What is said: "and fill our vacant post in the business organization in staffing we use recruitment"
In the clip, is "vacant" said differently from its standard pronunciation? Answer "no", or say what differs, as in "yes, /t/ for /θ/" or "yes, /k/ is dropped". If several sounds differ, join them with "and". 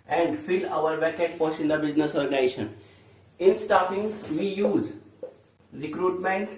yes, /n/ is dropped